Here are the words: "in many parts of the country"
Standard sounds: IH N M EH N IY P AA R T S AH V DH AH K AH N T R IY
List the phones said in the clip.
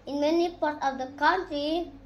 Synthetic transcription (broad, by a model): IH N M EH N IY P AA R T AH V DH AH K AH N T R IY